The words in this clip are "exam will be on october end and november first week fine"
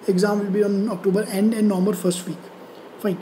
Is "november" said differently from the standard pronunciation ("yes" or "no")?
yes